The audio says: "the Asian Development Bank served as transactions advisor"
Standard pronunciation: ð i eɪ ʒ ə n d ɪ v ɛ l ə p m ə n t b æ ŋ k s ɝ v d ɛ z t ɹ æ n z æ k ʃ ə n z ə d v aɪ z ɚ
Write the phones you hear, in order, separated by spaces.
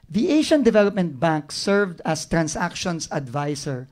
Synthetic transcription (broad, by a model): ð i eɪ ʃ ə n d ɪ v ɛ l ə p m ə n t b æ ŋ k s ɝ v d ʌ s t ɹ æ n s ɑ k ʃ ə n s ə d v aɪ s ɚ